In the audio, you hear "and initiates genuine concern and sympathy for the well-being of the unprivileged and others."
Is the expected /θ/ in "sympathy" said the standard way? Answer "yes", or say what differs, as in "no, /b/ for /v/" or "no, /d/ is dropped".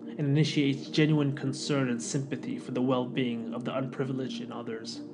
yes